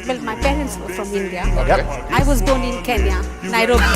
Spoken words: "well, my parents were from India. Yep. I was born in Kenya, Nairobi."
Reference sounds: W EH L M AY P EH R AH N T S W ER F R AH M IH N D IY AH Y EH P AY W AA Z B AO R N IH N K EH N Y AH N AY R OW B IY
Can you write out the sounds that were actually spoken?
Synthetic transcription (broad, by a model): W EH L M AY P EH R AH N T S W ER F R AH M IH N D IY AH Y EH AY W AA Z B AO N IH N K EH N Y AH N AY R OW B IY